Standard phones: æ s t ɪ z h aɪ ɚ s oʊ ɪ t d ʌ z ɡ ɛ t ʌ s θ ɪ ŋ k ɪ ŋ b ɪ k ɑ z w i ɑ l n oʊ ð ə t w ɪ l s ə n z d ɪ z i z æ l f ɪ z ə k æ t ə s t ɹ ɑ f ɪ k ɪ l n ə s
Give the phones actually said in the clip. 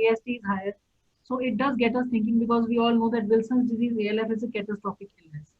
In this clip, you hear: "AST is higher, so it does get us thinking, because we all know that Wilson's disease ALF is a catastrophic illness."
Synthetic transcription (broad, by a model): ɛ s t ɪ z h aɪ ɚ s oʊ ɪ t d ʌ z ɡ ɛ t ʌ s t ɪ ŋ k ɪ ŋ b ɪ k ɑ z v i ɑ l n oʊ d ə t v ɪ l s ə n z d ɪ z i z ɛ l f ɪ z ə k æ t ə s t ɹ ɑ p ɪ k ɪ l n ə s